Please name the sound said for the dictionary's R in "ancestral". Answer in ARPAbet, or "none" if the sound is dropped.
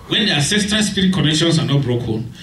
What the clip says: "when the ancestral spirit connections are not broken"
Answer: none